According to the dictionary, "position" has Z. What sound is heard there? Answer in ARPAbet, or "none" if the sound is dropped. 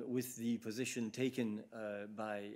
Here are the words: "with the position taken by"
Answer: Z